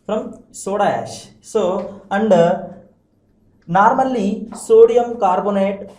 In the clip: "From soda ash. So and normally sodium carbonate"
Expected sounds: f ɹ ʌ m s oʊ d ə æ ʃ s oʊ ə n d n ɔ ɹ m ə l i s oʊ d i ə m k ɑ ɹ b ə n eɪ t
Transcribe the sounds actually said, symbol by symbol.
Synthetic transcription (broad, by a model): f ɹ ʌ m s oʊ d ə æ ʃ s oʊ ə n d n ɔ ɹ m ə l i s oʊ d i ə m k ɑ ɹ b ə n eɪ t